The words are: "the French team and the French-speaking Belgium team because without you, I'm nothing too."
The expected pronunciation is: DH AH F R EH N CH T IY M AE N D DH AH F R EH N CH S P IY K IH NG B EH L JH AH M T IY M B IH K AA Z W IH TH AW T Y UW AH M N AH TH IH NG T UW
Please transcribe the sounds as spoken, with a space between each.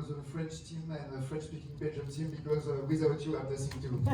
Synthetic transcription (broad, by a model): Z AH F R EH N CH T IY M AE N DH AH F R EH N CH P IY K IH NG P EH JH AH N T IY M B IH K AA Z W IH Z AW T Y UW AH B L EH S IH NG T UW